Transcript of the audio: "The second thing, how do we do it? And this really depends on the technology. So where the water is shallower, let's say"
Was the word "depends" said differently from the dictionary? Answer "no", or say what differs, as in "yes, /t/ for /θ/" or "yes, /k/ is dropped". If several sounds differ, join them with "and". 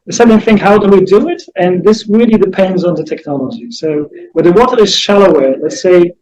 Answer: no